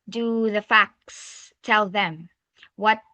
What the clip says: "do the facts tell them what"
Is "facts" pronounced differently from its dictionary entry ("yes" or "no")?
no